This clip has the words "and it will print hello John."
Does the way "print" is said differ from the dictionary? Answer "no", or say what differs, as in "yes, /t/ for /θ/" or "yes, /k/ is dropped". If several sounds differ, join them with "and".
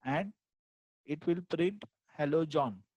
yes, /n/ is dropped